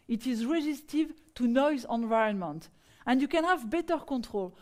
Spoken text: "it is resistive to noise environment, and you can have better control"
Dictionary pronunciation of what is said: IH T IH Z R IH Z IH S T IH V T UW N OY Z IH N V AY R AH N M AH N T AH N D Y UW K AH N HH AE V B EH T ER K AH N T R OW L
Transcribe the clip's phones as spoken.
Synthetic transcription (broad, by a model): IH T IH Z R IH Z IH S T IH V T UW N OY Z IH N V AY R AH N M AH N T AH N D Y UW K AH N HH AE V B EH T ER K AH N T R OW L